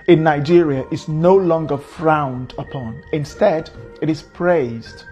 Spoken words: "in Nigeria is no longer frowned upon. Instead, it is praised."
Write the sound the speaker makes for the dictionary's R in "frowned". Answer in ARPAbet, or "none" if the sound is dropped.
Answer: R